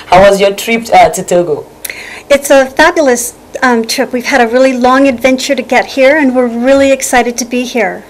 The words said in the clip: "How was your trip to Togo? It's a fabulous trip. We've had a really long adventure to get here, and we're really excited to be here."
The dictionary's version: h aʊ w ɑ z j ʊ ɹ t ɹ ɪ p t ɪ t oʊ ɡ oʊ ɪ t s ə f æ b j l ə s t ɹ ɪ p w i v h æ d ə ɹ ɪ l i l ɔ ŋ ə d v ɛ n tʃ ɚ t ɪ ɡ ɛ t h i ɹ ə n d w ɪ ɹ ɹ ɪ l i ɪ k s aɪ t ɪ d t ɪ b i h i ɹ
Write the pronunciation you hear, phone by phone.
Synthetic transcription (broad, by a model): h aʊ w ɑ z j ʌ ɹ t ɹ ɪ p t ɪ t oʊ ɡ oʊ ɪ t s ə f æ b j l ə s t ɹ ɪ p w i v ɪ d ə ɹ ɪ l i l ɔ ŋ ə d v ɛ n tʃ ɚ t ɪ ɡ ɛ t h i ɹ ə n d w ɪ ɹ ɹ ɪ l i ɪ k s aɪ t ɪ d t ɪ b i h i ɹ